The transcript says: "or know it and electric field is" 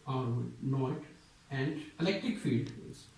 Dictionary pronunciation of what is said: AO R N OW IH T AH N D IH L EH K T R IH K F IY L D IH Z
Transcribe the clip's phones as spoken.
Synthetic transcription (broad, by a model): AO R N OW IH T AH N D IH L EH K T R IH K F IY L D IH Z